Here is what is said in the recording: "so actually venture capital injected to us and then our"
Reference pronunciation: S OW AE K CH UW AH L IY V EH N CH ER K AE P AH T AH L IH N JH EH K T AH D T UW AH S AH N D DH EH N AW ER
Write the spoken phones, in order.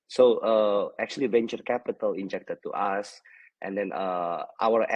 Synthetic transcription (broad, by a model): S OW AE K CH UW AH L IY V EH N CH ER K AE P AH T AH L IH N JH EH K T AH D T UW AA S AH N D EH N AW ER